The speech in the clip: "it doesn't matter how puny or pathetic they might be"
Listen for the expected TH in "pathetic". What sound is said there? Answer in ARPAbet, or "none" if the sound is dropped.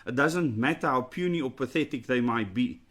TH